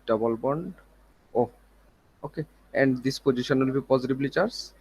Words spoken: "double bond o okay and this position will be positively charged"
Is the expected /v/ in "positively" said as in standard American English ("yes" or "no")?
no